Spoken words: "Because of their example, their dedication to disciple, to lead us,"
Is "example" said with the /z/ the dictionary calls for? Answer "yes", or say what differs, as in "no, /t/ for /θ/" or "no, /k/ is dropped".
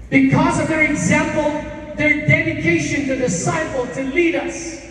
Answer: yes